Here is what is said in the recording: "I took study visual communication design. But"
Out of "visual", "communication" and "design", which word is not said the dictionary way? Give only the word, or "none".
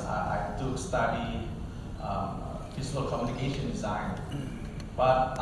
visual